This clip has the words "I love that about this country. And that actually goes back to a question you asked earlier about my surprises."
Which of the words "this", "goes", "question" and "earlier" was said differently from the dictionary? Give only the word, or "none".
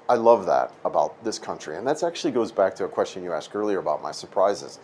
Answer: none